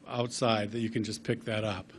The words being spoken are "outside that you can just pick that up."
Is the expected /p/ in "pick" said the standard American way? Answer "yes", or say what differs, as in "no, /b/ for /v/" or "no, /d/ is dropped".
yes